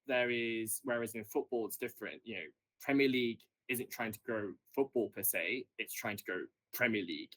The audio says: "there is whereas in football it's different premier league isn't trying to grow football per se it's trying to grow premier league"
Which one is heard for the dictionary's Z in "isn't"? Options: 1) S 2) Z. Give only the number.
2